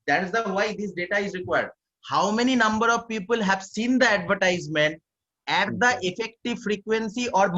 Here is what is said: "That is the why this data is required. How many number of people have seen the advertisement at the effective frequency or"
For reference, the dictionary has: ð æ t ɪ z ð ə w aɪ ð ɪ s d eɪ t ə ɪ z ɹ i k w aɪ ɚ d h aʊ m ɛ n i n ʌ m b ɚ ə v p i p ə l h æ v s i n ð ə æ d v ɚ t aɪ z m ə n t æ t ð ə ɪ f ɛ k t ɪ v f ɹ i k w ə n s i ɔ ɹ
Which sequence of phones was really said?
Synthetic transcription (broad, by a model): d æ t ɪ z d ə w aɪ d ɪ s d eɪ t ə ɪ z ɹ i k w aɪ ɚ d h aʊ m ɛ n i n ʌ m b ɚ ə v p i p ə l h æ v s i n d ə æ d v ɚ t aɪ z m ə n t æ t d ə ɪ f ɛ k t ɪ v f ɹ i k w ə n s i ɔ ɹ